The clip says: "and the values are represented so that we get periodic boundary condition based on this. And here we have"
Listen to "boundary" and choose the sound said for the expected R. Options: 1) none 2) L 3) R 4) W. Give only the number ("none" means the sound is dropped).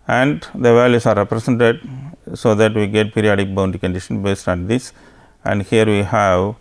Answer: 1